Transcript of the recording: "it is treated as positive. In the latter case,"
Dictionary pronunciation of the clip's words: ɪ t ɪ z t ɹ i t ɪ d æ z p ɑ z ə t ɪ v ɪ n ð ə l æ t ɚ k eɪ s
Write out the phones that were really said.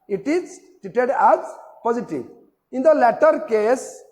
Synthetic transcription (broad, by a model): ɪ t ɪ z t i t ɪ d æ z p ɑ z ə t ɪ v ɪ n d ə l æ t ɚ k eɪ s